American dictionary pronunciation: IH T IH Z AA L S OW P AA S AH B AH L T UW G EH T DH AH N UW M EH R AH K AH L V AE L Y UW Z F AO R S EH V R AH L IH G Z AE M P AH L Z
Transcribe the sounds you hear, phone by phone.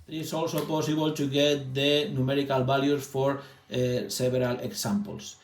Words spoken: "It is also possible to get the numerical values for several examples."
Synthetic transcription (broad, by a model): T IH S AA L S OW P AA S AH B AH L T UW G EH T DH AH N UW M EH R AH K AH L B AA L Y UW S F AO R S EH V R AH L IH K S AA M P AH L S